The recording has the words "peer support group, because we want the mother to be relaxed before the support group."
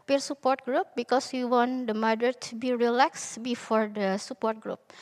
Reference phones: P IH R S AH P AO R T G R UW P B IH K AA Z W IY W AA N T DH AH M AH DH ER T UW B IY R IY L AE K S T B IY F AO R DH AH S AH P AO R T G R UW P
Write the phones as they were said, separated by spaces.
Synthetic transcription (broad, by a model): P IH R S AH P AO R T G R UW P B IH K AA S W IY W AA N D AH M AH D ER T UW B IY R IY L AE K S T B IY F AO R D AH S AH P AO R T G R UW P